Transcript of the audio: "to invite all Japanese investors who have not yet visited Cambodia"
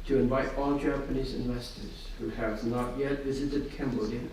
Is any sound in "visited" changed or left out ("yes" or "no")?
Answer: no